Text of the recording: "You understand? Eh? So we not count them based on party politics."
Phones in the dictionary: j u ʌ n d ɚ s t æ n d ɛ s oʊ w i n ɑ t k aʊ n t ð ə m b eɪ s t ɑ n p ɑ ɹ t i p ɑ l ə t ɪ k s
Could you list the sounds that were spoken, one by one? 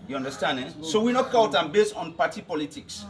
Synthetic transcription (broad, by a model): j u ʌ n d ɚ s t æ n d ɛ s oʊ w i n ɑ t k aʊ t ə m b eɪ s t ɑ n p ɑ t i p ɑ l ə t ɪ k s